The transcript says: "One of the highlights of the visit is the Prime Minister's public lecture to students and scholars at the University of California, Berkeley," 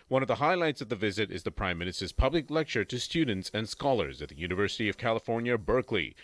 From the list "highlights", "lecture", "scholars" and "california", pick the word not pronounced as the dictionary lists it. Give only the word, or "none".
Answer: none